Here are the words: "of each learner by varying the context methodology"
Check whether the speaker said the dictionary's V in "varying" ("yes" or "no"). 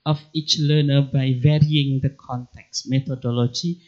yes